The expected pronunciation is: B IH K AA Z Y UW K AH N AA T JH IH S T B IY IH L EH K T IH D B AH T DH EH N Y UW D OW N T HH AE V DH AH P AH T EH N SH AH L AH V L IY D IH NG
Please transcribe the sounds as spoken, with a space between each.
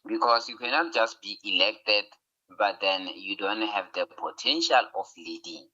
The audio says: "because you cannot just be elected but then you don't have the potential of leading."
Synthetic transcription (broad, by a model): B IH K AA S Y UW K AH N AA T JH IH S T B IY IH L EH K T IH D B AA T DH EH N Y UW D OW N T HH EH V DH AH P AH T EH N SH AH L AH F L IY D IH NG